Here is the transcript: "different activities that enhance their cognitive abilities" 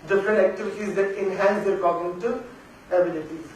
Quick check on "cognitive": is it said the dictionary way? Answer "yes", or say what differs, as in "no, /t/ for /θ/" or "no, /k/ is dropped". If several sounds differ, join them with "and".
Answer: no, /v/ is dropped